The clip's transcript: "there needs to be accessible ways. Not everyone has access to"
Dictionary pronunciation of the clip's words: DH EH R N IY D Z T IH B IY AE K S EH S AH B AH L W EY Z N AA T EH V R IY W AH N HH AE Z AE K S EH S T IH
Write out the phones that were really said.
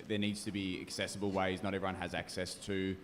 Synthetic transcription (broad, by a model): DH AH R N IY D Z T IH B IY AE K S EH S AH B AH L W EY Z N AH T EH V R IY W AH N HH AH Z AE K S EH S T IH